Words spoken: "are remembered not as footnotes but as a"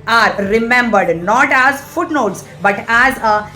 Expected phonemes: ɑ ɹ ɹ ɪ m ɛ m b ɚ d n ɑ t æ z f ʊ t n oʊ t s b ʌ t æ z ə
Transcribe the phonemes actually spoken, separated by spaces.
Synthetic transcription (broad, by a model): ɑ ɹ ɹ ɪ m ɛ m b ɚ d n ɑ t æ z f ʊ t n oʊ t s b ʌ t æ z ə